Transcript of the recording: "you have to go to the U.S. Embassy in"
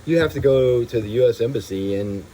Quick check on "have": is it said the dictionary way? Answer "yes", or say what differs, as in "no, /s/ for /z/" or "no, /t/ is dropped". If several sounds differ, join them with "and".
no, /f/ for /v/